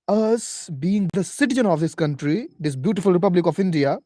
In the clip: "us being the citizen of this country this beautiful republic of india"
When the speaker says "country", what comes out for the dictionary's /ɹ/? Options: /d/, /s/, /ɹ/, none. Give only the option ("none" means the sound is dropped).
/ɹ/